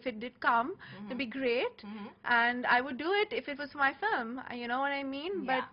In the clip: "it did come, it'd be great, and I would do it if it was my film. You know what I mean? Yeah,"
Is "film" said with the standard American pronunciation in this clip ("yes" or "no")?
no